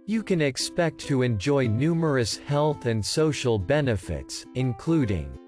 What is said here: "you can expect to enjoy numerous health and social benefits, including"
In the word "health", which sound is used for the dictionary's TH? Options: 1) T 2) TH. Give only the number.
2